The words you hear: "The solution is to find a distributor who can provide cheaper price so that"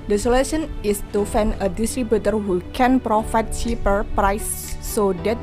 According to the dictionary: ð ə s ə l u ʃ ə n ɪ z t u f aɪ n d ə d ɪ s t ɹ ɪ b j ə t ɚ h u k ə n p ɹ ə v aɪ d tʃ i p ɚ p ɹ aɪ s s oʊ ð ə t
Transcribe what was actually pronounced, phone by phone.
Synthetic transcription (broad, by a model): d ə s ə l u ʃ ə n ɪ s t u f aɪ n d ə d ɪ s t ɹ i b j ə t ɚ h u k ə n p ɹ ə f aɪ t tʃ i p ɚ p ɹ aɪ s s oʊ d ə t